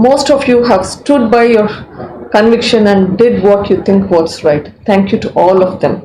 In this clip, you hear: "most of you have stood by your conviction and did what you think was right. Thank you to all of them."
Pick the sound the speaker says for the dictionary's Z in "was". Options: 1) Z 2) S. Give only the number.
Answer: 2